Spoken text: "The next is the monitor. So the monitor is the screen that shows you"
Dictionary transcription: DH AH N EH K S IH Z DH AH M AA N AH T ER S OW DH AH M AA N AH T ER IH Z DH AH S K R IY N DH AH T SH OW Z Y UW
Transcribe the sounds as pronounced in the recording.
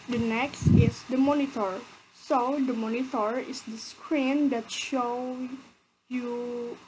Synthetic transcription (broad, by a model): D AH N EH K S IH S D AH M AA N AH T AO S OW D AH M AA N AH T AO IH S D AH S K R IY N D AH T SH OW Y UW